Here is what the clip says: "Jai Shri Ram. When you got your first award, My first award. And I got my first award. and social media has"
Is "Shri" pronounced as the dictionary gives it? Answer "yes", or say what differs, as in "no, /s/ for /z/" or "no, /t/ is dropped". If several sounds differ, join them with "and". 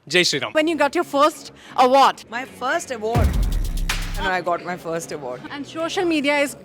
no, /s/ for /ʃ/